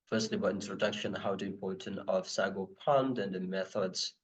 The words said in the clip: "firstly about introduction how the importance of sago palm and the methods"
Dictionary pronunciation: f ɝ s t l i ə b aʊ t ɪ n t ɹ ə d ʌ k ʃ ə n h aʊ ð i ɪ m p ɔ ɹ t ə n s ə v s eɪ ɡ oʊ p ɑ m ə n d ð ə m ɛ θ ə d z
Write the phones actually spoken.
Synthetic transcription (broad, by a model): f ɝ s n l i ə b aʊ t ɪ n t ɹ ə d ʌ k ʃ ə n h aʊ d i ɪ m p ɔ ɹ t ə n ə v s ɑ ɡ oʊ p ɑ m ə n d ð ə m ɛ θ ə d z